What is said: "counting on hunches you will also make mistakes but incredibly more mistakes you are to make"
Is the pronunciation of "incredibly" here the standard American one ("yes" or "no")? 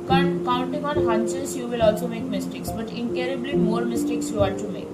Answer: no